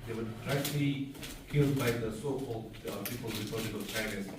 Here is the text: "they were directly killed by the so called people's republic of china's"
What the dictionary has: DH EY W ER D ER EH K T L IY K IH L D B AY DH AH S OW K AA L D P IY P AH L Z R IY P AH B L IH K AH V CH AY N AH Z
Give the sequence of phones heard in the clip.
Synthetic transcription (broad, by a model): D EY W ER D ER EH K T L IY K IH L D B AY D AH S OW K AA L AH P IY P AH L R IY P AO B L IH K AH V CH AY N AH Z